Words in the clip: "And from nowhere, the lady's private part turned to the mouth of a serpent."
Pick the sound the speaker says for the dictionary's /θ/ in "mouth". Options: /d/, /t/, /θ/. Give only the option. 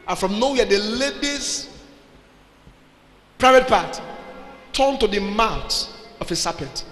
/t/